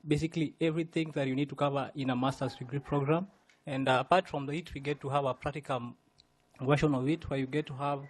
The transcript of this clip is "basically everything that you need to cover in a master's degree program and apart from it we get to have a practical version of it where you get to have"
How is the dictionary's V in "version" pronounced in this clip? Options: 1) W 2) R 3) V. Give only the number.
1